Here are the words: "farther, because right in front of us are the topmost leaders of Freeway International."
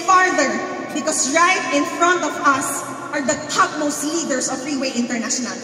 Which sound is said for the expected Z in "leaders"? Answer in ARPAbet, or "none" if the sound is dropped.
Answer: S